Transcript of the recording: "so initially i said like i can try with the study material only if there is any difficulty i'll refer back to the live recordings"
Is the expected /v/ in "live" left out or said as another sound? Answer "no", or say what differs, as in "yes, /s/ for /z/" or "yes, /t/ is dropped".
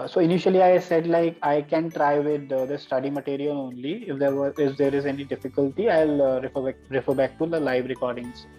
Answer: no